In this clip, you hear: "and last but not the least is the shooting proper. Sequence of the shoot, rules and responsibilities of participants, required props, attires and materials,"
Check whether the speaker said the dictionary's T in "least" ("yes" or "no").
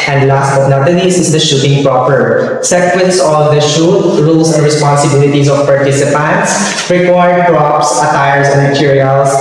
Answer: no